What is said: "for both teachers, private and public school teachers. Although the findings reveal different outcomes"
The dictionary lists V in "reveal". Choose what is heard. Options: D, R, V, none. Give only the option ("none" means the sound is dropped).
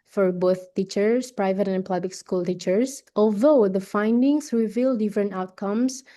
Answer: V